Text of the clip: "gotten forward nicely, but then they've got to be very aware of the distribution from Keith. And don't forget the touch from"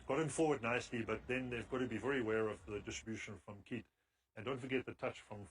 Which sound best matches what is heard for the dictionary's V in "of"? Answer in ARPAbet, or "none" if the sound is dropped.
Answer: V